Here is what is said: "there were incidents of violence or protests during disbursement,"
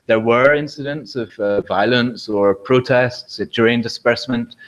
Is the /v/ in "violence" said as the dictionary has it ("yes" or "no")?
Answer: yes